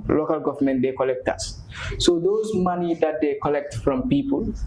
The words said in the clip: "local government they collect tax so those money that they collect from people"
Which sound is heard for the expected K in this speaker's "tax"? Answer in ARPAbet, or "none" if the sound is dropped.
none